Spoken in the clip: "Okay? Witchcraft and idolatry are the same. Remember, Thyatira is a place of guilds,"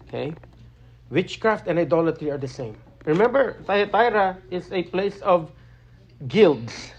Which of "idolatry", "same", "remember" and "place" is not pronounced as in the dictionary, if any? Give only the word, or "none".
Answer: none